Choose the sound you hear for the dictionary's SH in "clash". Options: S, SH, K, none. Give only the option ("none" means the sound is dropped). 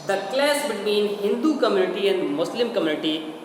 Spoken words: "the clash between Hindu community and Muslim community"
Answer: S